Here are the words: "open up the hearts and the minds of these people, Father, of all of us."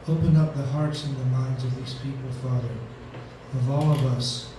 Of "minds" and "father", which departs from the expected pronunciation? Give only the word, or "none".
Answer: none